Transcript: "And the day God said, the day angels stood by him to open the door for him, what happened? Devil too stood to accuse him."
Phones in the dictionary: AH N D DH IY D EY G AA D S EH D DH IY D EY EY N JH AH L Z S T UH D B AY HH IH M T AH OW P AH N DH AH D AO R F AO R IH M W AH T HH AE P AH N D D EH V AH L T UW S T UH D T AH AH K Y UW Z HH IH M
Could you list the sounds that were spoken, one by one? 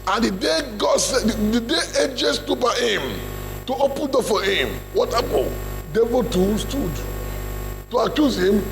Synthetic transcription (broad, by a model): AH N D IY D EY G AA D S EH D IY D EY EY JH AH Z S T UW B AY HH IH M T AH OW P AH N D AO F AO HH IH M W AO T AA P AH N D D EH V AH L T UW S T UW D T AH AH K Y UW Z HH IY M